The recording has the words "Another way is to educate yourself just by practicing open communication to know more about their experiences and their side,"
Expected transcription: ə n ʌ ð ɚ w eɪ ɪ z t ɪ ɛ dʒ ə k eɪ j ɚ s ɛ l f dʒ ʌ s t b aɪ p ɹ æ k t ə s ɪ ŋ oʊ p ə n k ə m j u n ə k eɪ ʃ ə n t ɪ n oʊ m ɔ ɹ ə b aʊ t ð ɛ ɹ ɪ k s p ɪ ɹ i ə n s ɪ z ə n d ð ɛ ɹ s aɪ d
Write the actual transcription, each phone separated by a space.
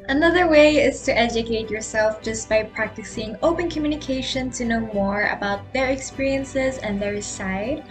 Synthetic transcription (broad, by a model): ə n ʌ ð ɚ w eɪ ɪ z t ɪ ɛ dʒ ə k eɪ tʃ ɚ s ɛ l f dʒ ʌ s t b aɪ p ɹ æ k t ə s ɪ ŋ oʊ p ə n k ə m j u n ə k eɪ ʃ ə n t ɪ n oʊ m ɔ ɹ ə b aʊ t ð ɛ ɹ ɪ k s p ɪ ɹ i ə n s ɪ z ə n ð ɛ ɹ s aɪ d